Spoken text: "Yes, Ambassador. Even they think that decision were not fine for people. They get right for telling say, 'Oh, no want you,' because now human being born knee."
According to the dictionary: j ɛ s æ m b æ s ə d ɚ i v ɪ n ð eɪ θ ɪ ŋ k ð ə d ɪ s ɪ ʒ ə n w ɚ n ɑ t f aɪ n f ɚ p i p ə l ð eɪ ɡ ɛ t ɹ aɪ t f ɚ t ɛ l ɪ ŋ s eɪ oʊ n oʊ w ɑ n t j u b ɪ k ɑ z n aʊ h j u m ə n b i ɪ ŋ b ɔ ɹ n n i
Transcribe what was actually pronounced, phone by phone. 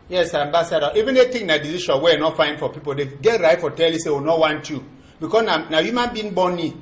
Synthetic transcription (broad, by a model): j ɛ s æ m b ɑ s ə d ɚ i v ɪ n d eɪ t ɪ k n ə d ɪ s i ʃ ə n w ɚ n ɑ t f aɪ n f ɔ p i p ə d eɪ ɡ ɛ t ɹ aɪ t f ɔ t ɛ l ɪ s eɪ oʊ n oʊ w ɑ n t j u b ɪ k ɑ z n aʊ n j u m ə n b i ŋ b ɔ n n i